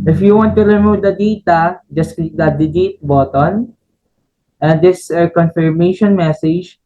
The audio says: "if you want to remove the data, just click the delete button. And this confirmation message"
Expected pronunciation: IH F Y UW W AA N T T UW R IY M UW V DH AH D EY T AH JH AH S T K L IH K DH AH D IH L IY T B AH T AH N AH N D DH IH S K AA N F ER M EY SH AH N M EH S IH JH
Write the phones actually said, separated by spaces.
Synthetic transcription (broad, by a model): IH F Y UW W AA N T T UW R IY M UW V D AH D EY T AH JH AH S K IY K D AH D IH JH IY T B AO T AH N AH N D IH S K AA N F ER M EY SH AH N M EH S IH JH